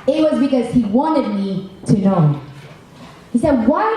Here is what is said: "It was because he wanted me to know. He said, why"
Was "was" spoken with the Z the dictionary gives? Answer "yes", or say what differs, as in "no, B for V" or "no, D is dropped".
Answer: yes